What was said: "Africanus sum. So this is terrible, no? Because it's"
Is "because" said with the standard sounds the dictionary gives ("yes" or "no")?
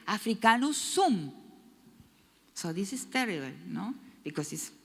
no